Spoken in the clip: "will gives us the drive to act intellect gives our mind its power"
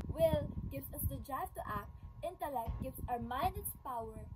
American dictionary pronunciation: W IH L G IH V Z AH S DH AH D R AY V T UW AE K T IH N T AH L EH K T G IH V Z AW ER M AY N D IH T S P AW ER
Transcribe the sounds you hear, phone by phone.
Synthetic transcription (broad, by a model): W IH L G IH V S AH S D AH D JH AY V T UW AE K T IH N T AH L EH K T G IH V S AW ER M AY N D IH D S P AW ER